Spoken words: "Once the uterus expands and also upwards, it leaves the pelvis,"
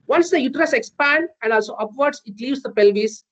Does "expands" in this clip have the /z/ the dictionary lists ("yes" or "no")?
no